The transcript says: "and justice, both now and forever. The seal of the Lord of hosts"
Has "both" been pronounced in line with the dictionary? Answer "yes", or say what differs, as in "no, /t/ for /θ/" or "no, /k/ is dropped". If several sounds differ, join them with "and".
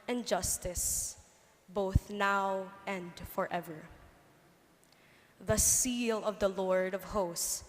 yes